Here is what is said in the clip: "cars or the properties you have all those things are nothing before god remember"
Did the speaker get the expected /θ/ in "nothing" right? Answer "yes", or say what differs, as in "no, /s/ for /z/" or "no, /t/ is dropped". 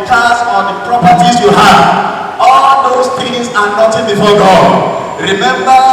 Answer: no, /t/ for /θ/